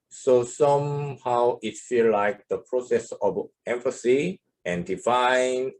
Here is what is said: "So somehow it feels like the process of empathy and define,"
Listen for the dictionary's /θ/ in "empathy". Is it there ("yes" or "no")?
no